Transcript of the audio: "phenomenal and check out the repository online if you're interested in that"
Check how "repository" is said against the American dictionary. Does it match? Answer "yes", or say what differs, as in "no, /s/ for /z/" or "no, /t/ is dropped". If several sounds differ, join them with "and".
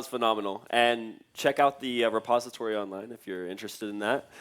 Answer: yes